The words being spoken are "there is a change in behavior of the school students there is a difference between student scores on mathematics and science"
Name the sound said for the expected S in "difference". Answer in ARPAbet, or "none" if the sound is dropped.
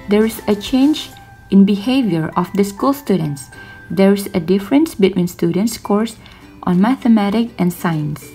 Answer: S